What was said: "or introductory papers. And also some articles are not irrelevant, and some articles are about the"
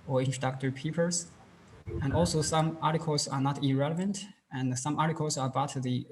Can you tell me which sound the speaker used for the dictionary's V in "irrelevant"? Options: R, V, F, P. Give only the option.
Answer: V